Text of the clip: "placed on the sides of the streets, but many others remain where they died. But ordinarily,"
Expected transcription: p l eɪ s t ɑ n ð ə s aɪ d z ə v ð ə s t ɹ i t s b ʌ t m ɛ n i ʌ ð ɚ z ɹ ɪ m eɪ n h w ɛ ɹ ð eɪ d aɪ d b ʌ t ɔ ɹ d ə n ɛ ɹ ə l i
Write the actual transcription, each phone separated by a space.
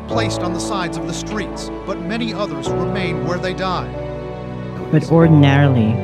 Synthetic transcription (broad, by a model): p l eɪ s t n ð ə s aɪ d z ə v ð ə s t ɹ i t s b ʌ t m ɛ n i ʌ ð ɚ z ɹ ɪ m eɪ n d w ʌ ɹ ð eɪ d aɪ d b ʌ t ɔ ɹ d n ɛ ɹ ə l i